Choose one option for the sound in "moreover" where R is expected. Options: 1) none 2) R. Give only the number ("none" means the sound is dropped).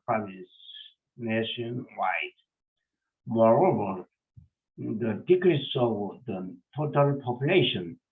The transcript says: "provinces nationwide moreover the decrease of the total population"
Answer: 2